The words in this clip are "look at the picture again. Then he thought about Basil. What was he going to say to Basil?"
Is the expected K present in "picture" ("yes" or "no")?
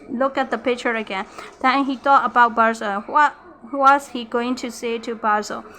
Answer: yes